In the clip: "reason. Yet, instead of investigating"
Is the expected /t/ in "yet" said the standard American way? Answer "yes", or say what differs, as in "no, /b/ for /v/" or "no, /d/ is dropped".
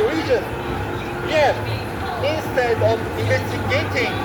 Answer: no, /t/ is dropped